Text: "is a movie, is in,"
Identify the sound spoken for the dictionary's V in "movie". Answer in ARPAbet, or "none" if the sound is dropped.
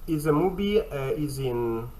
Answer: B